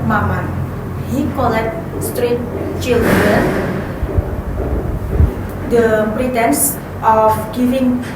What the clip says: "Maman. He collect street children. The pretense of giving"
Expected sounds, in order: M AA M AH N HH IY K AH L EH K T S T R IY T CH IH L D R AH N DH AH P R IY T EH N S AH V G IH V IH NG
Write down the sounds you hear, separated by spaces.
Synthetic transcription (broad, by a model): M AA M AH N HH IY K AH L EH K T S T R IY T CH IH L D AH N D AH P R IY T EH N S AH F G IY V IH NG